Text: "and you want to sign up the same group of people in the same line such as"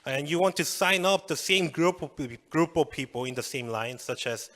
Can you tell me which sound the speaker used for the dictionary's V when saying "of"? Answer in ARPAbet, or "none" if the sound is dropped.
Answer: P